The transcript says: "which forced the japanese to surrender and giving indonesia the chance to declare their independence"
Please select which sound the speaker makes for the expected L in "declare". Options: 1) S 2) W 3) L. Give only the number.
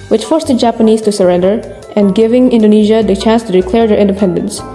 3